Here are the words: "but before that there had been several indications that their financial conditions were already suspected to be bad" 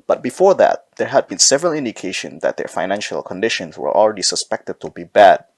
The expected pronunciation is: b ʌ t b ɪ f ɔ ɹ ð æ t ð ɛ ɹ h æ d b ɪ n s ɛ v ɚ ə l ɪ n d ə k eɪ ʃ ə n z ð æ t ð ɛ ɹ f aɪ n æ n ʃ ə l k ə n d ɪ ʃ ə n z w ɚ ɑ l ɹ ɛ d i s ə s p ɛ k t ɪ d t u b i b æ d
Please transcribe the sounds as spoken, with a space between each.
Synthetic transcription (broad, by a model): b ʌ t b ɪ f ɔ ɹ ð æ t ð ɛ ɹ h æ d b ɪ n s ɛ v ɚ ə l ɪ n d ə k eɪ ʃ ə n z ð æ t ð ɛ ɹ f aɪ n æ n ʃ ə l k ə n d ɪ ʃ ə n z w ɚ ɑ l ɹ ɛ d i s ə s p ɛ k t ɪ d t u b i b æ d